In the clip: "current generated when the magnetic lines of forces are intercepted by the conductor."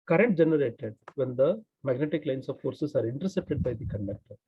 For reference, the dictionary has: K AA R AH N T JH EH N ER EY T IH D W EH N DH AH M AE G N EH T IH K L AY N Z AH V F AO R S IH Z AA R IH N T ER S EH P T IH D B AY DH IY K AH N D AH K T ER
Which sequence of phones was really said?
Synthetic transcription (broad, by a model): K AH R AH N T JH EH N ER EY T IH D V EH N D AH M AE G N EH T IH K L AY N S AH V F AO R S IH S AA R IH N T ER S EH P T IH D B AY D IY K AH N D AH K T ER